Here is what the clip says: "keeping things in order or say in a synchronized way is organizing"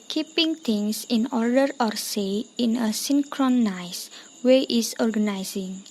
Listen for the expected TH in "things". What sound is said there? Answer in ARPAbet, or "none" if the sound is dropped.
T